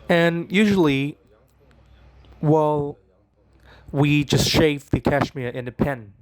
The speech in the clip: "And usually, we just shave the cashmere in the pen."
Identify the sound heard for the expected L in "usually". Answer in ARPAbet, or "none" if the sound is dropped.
W